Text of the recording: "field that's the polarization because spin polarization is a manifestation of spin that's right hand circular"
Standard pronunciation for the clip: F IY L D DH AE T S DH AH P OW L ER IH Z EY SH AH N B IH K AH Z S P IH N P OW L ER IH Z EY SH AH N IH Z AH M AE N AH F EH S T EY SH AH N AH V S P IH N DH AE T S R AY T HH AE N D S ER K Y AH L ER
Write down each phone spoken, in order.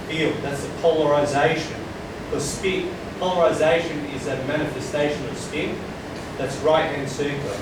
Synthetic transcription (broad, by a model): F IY L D DH AE T S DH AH P OW L ER IH Z EY SH AH N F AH S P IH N P OW L ER IH Z EY SH AH N IH Z AH M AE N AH F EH S T EY SH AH N AH V S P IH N DH AE T S R AY T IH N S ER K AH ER